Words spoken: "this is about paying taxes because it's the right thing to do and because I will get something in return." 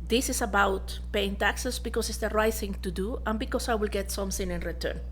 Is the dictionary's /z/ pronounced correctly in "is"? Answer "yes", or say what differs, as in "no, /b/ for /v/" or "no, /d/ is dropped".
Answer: no, /s/ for /z/